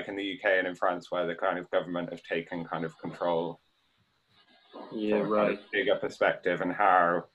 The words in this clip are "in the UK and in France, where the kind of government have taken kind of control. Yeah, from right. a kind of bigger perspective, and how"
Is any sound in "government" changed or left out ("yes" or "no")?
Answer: no